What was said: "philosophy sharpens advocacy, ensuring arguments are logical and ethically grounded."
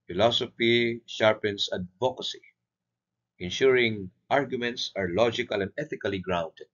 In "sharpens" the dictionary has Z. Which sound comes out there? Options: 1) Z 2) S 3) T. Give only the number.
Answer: 2